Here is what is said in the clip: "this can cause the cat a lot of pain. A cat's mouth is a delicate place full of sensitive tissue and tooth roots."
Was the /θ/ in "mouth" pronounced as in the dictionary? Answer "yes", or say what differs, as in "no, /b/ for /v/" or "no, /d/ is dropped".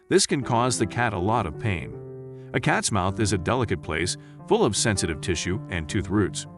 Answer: yes